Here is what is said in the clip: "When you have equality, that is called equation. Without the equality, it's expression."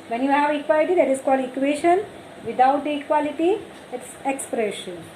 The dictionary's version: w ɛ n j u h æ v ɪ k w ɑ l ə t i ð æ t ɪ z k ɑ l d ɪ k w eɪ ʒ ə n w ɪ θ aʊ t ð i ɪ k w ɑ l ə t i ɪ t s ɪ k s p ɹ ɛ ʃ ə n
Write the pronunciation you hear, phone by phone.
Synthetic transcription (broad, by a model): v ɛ n j u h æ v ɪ k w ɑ l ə t i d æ t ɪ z k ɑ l ɪ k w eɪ ʃ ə n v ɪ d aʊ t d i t k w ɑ l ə t i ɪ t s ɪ k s p ɹ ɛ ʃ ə n